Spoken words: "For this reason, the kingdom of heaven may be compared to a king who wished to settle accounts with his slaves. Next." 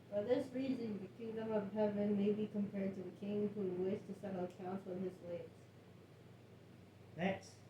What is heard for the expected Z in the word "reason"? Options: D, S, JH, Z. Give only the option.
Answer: Z